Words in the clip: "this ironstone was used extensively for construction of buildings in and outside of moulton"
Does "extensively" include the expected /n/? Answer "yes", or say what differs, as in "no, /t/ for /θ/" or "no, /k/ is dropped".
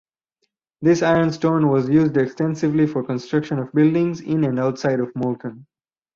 yes